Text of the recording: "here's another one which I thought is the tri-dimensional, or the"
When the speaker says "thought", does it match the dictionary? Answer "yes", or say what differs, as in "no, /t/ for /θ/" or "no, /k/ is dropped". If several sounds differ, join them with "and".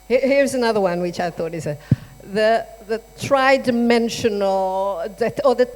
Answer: yes